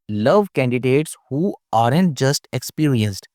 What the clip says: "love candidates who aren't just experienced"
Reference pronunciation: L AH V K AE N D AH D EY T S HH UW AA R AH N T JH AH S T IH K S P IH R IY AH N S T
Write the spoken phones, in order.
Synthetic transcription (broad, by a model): L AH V K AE N D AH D EY T S HH UW AA R AH N T JH AH S T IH K S P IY R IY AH N S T